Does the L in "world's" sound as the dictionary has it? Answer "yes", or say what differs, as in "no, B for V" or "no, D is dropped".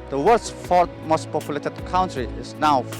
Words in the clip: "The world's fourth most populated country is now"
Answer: no, L is dropped